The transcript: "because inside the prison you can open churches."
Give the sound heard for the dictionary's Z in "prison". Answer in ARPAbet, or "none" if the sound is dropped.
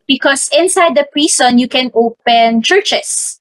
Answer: S